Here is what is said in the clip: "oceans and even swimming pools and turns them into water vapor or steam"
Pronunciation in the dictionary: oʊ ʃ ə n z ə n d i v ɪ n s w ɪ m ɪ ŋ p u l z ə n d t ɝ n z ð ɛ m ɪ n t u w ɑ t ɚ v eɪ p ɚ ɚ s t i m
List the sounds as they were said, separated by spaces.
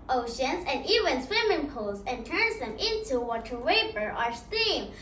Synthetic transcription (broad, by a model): oʊ ʃ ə n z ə n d i v ɪ n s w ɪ m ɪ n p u l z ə n t ɝ n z ð ɛ m ɪ n t u w ɑ t ɚ w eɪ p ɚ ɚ s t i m